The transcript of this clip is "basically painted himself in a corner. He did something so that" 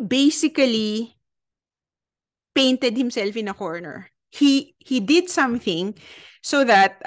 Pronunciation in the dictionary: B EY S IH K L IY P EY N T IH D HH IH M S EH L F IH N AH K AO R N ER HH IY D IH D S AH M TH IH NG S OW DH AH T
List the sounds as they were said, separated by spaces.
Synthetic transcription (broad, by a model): B EY S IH K L IY P EY N T IH D HH IH M S EH L F IH N AH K AO R N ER HH IY D IH D S AH M TH IH NG S OW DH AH T